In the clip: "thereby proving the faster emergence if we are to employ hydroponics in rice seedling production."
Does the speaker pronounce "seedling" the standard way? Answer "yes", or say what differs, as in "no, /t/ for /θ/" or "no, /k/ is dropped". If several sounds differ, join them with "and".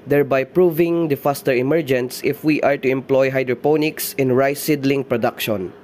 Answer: yes